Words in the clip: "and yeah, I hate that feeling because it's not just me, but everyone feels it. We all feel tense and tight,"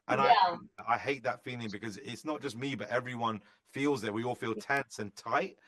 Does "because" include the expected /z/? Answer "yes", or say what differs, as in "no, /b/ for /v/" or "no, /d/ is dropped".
yes